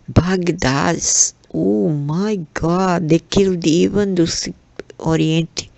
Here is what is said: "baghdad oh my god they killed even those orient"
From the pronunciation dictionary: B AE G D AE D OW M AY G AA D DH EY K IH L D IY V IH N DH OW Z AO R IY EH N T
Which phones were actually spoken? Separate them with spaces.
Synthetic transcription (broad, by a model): B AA G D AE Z OW M AY G AA D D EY K IH L D IY V IH N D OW S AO R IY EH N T